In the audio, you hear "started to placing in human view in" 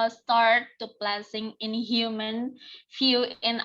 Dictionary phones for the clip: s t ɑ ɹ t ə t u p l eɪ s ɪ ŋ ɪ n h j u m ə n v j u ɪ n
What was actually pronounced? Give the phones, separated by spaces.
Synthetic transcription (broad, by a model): s t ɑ ɹ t t u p l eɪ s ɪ ŋ ɪ n h j u m ə n f j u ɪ n